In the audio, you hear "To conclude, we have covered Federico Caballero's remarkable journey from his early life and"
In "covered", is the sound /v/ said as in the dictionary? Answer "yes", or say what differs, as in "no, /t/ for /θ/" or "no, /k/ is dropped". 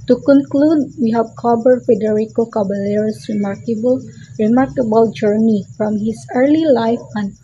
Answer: no, /b/ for /v/